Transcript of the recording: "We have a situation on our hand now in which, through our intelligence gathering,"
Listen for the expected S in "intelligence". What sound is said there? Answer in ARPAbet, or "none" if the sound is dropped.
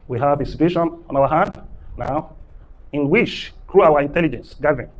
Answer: S